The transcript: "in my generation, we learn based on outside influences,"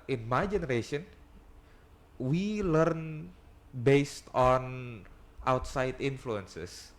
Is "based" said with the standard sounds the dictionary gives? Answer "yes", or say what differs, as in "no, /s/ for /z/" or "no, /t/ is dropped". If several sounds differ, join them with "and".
yes